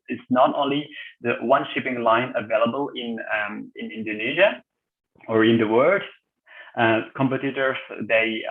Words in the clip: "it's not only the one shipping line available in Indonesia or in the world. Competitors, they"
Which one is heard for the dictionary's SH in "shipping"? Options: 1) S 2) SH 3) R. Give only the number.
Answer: 2